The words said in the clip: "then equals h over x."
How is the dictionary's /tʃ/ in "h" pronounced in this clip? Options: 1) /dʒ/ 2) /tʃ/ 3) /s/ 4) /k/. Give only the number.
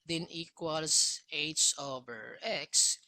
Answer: 3